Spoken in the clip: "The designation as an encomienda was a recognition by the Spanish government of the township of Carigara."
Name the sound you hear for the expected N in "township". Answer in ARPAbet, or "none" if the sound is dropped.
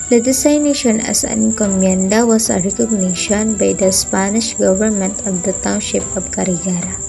none